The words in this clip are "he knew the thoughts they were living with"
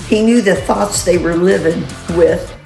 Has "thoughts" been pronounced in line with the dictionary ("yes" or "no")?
yes